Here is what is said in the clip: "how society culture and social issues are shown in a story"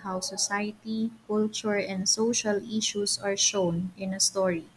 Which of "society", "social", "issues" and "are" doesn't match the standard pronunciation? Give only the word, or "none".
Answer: issues